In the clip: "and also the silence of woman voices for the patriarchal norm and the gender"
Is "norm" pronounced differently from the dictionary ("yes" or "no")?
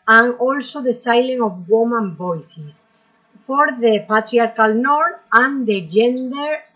yes